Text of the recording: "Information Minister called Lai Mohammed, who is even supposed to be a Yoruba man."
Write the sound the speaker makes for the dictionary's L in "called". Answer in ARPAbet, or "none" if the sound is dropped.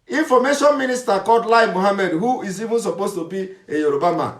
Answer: none